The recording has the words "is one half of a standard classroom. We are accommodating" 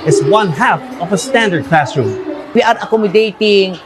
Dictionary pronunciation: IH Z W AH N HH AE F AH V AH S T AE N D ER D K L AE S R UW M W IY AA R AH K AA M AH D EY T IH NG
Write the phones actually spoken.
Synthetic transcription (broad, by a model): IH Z W AH N HH AE F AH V AH S T AE N D ER D K L AE S R UW M W IY AA R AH K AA M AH D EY T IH NG